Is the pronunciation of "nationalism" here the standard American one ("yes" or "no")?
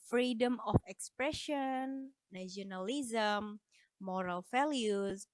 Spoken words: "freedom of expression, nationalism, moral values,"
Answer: no